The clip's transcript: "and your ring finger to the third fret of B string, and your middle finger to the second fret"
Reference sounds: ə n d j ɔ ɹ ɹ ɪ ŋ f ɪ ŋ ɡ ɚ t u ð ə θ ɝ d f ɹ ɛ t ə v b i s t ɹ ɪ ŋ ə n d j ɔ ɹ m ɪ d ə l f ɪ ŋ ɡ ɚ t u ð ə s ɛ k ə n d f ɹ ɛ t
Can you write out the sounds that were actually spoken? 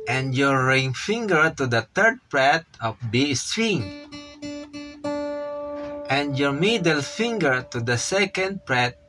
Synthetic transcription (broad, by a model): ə n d j ɔ ɹ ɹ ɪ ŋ f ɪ ŋ ɡ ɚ t u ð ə t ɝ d p ɹ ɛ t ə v b i s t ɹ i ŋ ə n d j ɔ ɹ m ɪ d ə l f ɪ ŋ ɡ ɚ t u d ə s ɛ k ə n d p ɹ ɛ t